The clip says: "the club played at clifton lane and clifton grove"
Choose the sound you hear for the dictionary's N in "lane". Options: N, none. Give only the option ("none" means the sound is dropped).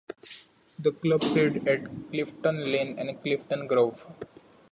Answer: N